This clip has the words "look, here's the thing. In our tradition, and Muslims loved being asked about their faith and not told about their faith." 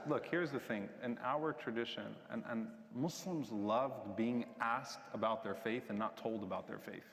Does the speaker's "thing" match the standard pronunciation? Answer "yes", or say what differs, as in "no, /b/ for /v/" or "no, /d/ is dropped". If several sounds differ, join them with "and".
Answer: yes